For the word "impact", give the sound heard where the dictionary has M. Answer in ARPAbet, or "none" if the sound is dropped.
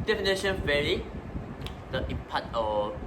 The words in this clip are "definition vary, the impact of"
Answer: none